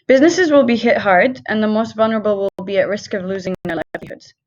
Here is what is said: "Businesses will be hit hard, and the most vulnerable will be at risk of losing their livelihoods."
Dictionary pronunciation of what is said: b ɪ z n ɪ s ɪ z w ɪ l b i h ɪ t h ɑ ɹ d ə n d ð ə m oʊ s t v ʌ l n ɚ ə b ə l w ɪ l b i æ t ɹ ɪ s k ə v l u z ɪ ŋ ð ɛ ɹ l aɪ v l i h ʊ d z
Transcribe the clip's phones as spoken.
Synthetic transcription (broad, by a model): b ɪ z n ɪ s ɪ z w ɪ l b i h ɪ t h ɑ ɹ d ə n ð ə m oʊ s t v ʌ l n ɚ ə b ə l w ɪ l b i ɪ t ɹ ɪ s k ə v l u z ɪ ŋ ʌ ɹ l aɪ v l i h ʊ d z